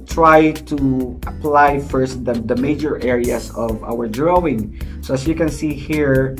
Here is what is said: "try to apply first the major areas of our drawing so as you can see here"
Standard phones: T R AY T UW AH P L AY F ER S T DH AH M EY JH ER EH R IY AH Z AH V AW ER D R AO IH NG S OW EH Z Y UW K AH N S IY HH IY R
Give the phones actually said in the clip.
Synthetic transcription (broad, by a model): T R AY T UW AH P L AY F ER S T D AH M EY JH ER EH R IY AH S AH V AW ER D R AO IH NG S OW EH S Y UW K AH N S IY HH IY R